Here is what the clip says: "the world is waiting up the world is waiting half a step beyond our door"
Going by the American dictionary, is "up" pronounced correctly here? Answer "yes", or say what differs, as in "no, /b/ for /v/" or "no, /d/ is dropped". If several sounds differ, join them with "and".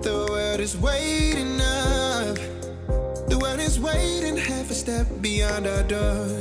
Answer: no, /f/ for /p/